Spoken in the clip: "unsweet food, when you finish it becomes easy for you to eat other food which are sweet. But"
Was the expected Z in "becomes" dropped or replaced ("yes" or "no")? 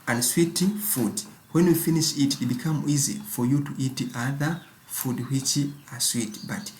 yes